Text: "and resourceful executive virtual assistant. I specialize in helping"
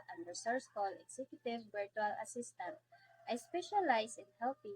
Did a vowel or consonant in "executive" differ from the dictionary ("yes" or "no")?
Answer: yes